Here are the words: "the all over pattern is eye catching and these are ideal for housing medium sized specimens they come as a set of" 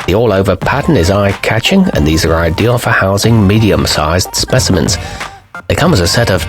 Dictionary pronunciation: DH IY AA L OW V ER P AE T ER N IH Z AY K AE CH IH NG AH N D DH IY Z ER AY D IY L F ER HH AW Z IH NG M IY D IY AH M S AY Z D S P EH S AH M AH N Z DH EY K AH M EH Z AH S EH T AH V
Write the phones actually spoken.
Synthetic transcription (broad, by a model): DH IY AA L OW V ER P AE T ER N IH Z AY K AE CH IH NG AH N DH IY Z ER AY D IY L F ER HH AW Z IH NG M IY D IY AH M S AY Z D S P EH S AH M AH N Z DH EY K AH M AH Z AH S EH T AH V